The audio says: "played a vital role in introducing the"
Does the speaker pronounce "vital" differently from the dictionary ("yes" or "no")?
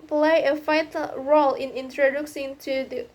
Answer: yes